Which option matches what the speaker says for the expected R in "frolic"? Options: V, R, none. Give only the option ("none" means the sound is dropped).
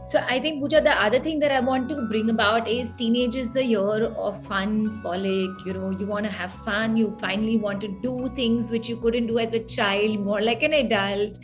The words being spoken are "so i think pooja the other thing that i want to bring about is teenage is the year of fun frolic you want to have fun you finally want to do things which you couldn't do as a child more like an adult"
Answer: none